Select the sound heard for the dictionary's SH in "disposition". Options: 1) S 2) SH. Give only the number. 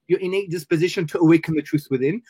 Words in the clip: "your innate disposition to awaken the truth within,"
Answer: 2